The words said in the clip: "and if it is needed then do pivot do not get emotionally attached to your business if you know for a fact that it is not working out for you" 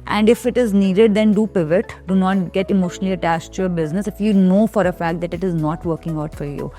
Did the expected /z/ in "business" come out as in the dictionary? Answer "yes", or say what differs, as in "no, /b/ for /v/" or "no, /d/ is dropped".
yes